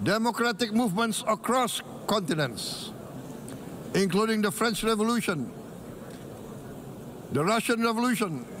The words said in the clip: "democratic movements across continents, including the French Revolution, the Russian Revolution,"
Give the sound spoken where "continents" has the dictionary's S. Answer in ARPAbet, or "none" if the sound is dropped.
S